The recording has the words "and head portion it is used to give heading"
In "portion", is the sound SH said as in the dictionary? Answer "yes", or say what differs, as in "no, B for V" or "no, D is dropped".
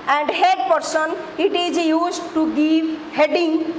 no, S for SH